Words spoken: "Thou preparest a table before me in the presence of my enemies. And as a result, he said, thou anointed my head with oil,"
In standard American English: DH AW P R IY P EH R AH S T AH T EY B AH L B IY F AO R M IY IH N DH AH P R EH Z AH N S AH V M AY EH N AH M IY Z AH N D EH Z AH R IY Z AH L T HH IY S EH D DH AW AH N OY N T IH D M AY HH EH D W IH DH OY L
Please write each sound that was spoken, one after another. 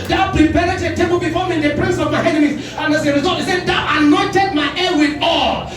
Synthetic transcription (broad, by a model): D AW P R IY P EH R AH T AH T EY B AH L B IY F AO M IY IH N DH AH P R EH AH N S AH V M AY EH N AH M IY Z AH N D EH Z AH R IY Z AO T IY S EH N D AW AH N OY N T IH D M AY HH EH W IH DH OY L